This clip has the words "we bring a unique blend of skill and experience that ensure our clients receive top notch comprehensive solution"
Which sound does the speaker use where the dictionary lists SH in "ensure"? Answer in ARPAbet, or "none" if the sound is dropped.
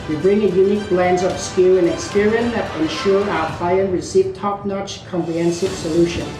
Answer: SH